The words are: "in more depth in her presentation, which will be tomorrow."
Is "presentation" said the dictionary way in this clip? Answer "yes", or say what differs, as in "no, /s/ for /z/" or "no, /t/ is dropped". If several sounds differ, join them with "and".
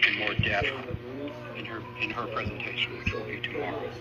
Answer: yes